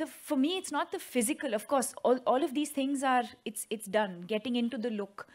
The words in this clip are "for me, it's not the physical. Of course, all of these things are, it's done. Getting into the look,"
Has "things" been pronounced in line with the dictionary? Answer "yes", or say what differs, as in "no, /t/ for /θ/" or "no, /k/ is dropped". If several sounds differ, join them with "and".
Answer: no, /t/ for /θ/